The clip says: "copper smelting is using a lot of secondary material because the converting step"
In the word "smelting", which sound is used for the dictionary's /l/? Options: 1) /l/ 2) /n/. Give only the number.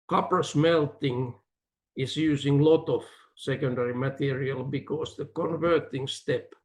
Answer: 1